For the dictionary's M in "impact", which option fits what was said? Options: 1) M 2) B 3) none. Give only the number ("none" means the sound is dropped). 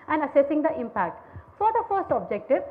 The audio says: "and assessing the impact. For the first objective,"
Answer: 1